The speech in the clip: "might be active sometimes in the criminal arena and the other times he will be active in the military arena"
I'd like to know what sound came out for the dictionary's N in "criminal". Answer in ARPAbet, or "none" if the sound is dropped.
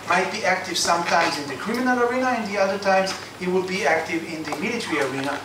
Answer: N